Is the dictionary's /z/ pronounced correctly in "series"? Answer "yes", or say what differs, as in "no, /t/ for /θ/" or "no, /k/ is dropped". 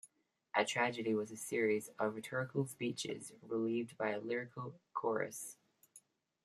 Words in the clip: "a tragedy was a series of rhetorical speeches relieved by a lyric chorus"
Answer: yes